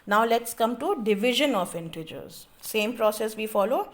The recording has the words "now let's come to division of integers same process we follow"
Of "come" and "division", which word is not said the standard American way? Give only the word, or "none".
none